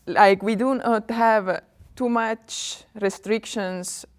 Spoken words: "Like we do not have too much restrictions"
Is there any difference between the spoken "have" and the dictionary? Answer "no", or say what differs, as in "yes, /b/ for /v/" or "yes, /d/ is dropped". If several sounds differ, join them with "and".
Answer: no